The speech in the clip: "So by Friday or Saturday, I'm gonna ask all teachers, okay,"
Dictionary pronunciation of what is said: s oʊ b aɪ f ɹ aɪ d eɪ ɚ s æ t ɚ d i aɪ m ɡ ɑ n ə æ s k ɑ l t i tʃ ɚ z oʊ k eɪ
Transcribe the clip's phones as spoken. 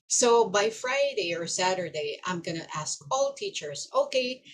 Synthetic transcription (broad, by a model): s oʊ b aɪ f ɹ aɪ d eɪ ɚ s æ t ɚ d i aɪ m ɡ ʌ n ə æ s k ɑ l t i tʃ ɚ z oʊ k eɪ